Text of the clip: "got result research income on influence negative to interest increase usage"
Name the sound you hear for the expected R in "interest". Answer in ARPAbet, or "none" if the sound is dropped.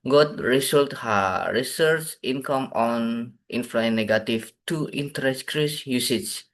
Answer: none